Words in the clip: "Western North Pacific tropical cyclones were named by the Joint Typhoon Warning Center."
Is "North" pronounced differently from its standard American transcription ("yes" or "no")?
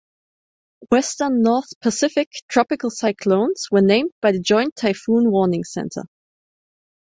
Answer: no